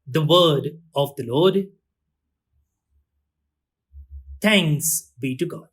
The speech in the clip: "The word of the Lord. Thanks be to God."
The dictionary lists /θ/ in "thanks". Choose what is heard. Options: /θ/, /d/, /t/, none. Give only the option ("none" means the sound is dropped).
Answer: /t/